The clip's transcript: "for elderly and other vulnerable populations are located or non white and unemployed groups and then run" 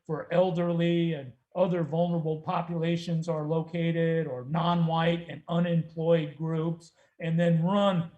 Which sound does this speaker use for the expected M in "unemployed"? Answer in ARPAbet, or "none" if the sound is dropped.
M